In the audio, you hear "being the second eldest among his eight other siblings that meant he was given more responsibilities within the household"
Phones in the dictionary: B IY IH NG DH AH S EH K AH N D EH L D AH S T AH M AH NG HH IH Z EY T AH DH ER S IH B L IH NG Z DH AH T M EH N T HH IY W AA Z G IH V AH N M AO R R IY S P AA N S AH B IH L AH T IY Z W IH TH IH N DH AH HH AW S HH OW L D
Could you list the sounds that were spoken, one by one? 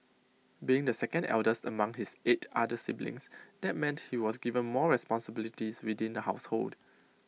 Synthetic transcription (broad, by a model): B IY IH NG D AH S EH K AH N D EH L D AH S T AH M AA NG HH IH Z EY T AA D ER S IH B L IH NG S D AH T M EH N T HH IY W AA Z G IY V AH N M AO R R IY S P AA N S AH B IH L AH T IY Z W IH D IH N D AH HH AW S HH OW L D